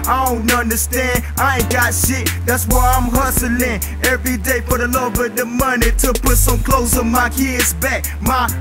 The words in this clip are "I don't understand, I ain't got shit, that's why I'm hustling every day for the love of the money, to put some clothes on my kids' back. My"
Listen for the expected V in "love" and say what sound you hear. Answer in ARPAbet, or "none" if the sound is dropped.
B